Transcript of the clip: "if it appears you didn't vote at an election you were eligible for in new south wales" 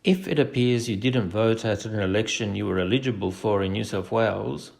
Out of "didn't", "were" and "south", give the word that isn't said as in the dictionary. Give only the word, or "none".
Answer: south